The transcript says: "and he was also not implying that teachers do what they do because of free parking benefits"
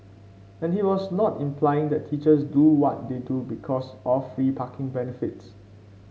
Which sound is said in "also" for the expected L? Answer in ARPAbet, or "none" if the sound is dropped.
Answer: none